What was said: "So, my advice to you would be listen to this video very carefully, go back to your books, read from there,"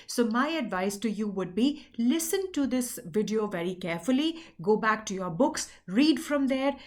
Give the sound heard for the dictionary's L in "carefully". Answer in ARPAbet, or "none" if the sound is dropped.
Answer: L